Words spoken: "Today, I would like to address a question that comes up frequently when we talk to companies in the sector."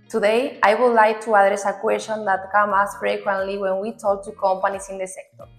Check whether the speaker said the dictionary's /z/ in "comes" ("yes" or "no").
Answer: no